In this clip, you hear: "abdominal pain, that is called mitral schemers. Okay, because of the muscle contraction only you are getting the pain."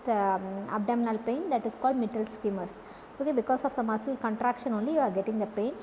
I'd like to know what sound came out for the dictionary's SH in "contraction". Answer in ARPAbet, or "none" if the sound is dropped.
SH